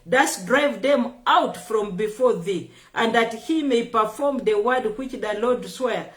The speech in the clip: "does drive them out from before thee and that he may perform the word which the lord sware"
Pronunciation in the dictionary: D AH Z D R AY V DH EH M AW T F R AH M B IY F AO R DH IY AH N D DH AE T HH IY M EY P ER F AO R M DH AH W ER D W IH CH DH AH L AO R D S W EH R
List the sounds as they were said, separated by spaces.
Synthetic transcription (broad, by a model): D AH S D R AY V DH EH M AW T F R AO M B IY F AO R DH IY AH N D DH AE T HH IY M EY P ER F AO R M DH AH W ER D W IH CH DH AH L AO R D S W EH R